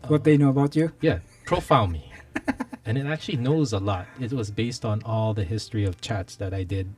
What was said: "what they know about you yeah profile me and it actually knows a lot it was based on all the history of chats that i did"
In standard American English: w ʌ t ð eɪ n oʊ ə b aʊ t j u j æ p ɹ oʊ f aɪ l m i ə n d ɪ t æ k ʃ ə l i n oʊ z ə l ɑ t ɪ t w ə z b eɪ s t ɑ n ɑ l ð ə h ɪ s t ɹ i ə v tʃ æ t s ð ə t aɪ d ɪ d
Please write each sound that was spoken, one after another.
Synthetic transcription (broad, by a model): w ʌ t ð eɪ n oʊ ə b aʊ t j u j æ p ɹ oʊ f aɪ n m i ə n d ɪ t æ k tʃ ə l i n oʊ z ə l ɑ t ɪ t w ə z b eɪ s t n ɑ l ð ə h ɪ s t ɹ i ə v tʃ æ t s ð ə t aɪ d ɪ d